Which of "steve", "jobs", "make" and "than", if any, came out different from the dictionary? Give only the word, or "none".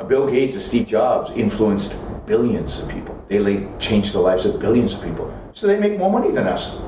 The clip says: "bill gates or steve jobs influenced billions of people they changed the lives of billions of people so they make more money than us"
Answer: steve